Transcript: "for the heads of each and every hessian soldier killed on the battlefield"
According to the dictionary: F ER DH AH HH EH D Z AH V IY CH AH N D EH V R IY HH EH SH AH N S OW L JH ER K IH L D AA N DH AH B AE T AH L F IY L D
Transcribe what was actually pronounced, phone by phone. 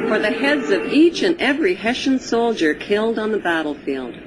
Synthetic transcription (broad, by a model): F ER DH AH HH EH D Z AH V IY CH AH N EH V R IY HH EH SH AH N S OW L JH ER K IH L D N DH AH B AE T L F IY L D